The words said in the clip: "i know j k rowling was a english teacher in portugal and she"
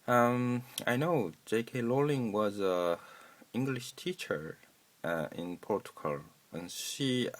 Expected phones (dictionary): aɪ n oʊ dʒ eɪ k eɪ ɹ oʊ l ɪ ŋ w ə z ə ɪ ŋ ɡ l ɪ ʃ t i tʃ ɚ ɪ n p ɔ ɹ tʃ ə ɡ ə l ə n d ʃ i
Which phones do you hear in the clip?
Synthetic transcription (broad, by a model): aɪ n oʊ dʒ eɪ k eɪ l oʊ l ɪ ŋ w ə z ə ɪ ŋ ɡ l ɪ ʃ t i tʃ ɚ ɪ n p ɔ ɹ tʃ ə ɡ ə l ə n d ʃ i